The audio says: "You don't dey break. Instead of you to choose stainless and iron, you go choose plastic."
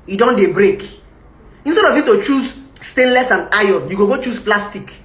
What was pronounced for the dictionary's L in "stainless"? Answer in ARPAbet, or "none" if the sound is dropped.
L